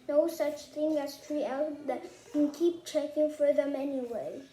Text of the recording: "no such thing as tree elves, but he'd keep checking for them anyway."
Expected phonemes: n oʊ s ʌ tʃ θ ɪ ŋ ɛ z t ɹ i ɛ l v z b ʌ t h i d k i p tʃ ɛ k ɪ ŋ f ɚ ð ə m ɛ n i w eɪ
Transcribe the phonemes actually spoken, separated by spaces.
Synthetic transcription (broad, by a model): n oʊ s ʌ tʃ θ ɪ ŋ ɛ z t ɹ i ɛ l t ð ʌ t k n k i p tʃ ɛ k ɪ ŋ f ɚ ð ə m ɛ n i w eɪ